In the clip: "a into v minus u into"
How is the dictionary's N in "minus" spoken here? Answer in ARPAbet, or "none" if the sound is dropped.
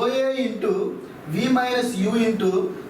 none